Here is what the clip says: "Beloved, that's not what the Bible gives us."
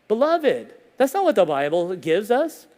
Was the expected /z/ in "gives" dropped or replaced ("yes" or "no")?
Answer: no